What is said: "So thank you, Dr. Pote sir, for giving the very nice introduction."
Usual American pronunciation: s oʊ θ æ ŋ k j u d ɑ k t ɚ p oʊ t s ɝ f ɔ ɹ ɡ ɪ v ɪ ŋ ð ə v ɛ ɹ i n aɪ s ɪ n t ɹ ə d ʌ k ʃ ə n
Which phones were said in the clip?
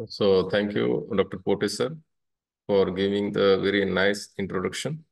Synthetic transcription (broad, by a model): s oʊ t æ ŋ k j u d ɑ k t ɚ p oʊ t s ɝ f ɔ ɹ ɡ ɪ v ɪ ŋ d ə v ɛ ɹ i n aɪ s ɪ n t ɹ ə d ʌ k ʃ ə n